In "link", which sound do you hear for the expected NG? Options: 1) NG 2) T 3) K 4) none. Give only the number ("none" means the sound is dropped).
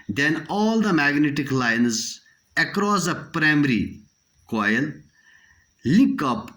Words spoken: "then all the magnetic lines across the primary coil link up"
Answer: 4